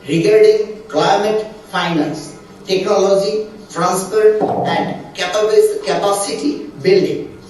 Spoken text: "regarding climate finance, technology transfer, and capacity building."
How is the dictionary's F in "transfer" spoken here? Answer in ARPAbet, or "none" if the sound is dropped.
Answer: P